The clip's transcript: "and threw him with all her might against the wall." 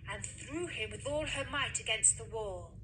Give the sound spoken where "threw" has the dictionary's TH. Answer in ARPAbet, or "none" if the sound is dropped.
TH